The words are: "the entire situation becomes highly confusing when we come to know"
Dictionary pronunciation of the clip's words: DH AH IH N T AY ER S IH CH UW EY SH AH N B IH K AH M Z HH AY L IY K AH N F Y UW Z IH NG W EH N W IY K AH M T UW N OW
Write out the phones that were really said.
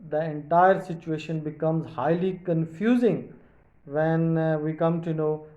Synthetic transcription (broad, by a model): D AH IH N T AY ER S IH CH UW EY SH AH N B IH K AH M Z HH AY L IY K AH N F Y UW Z IH NG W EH N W IY K AH M T UW N OW